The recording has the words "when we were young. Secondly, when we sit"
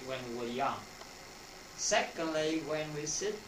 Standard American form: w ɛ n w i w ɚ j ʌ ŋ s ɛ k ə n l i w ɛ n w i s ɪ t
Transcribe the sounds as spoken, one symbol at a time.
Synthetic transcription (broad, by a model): w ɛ n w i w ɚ j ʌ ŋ s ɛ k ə l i w ɛ n w i s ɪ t